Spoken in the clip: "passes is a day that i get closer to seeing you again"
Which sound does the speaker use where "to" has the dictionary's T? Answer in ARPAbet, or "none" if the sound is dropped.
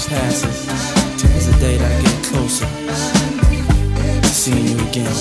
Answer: S